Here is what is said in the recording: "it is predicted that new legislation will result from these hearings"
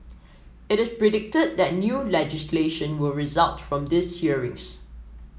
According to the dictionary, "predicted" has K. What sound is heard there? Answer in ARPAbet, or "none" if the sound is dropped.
K